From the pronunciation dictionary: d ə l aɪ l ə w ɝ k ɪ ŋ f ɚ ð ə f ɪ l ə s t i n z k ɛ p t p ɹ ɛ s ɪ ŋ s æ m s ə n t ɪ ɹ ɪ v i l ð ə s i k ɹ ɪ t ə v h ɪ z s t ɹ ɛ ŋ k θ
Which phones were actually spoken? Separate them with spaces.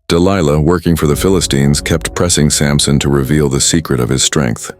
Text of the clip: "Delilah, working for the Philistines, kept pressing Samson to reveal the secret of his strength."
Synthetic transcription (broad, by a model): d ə l aɪ l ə w ɝ k ɪ ŋ f ɚ ð ə f ɪ l ə s t i n z k ɛ p t p ɹ ɛ s ɪ ŋ s æ m s ə n t ɪ ɹ ɪ v i l ð ə s i k ɹ ɪ t ə v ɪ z s t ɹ ɛ ŋ k θ